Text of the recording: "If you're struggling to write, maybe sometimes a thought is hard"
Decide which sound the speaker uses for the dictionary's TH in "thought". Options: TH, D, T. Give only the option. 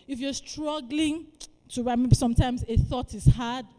TH